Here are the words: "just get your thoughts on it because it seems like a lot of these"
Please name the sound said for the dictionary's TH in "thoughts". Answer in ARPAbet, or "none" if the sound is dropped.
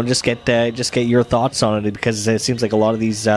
TH